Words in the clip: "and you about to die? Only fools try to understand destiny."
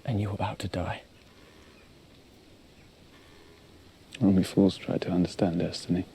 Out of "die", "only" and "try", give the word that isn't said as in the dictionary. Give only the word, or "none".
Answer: only